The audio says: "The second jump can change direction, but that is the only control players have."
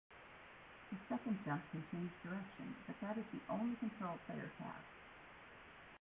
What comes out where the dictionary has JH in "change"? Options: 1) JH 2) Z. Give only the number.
2